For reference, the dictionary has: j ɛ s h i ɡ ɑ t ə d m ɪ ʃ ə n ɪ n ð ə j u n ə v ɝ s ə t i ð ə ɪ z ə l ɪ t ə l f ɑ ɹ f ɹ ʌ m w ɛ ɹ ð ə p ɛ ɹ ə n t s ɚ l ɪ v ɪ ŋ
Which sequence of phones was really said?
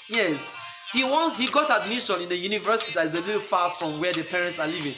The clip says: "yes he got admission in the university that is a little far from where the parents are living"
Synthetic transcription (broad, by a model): j ɛ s h i ɡ ɑ t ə d m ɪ ʃ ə n ɪ n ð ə j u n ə v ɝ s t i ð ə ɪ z ə l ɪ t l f ɑ f ɹ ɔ m w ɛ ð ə p ɛ ɹ ə n t s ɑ l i v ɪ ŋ